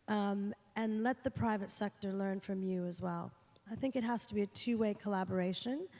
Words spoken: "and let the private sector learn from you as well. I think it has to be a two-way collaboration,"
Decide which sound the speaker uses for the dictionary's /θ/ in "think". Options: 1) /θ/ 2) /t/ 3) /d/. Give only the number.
1